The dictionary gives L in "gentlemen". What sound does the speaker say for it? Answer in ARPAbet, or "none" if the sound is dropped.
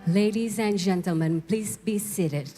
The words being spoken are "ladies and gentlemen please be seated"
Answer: L